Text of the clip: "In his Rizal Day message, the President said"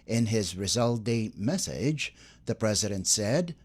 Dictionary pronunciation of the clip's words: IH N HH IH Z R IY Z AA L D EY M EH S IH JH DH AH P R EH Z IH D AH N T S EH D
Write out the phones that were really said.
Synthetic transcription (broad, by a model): IH N IH Z R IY Z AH L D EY M EH S IH JH DH AH P R EH Z IH D AH N T S EH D